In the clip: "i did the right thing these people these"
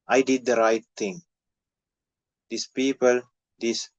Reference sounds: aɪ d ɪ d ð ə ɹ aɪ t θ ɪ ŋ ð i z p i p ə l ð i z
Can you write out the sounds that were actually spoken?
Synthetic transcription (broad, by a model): aɪ d ɪ d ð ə ɹ aɪ t t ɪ ŋ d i s p i p ə l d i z